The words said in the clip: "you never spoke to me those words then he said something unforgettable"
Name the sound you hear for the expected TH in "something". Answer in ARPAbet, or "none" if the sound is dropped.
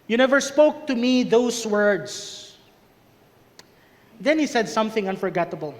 TH